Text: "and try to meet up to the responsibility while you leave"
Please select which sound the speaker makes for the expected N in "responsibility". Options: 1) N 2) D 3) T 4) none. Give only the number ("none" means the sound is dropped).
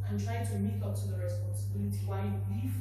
1